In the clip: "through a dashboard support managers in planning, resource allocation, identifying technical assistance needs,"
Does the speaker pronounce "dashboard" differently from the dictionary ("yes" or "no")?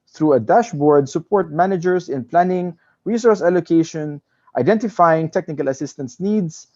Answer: no